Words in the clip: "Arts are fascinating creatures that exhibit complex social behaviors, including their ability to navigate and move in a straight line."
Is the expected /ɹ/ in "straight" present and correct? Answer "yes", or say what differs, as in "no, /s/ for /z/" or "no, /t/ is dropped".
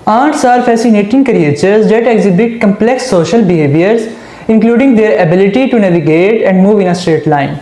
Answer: yes